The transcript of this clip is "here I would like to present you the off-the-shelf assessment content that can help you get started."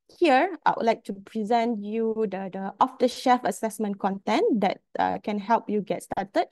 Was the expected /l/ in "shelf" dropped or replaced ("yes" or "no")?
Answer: yes